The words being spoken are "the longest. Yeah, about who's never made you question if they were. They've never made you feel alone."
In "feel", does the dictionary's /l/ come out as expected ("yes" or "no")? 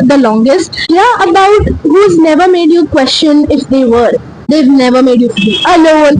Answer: no